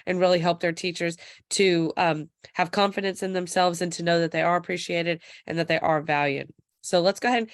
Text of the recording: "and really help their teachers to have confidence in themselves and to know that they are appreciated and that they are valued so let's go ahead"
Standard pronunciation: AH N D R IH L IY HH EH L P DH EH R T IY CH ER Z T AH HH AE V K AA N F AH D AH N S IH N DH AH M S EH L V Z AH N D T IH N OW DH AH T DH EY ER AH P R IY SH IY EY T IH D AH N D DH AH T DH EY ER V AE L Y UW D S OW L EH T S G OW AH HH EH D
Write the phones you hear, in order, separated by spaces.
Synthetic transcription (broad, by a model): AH N R IH L IY HH EH L P DH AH R T IY CH ER Z T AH HH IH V K AA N F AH D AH N S IH N DH AH M S EH L V Z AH N T IH N OW DH AH T DH EY ER AH P R IY SH IY EY T IH D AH N DH AH T DH EY ER V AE L Y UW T S OW L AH T S G OW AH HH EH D